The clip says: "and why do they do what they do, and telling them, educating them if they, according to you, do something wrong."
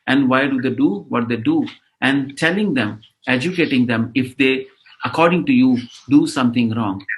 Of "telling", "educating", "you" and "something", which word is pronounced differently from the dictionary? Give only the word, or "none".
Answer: something